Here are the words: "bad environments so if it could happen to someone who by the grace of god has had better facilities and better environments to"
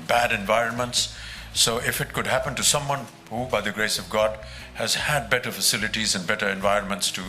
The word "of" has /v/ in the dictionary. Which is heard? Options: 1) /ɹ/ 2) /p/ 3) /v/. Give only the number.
3